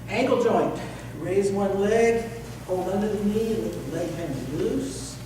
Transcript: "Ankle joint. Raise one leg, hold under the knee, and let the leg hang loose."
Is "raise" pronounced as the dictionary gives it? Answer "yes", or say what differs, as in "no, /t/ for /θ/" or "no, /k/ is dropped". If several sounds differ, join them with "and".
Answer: yes